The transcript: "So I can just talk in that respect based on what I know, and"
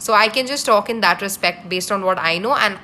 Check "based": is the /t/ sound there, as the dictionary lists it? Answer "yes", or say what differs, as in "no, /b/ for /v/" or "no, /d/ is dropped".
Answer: yes